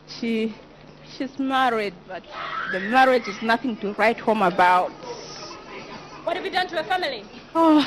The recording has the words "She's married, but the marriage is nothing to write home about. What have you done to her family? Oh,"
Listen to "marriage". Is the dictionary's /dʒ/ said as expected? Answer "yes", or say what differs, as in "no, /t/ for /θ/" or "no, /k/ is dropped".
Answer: yes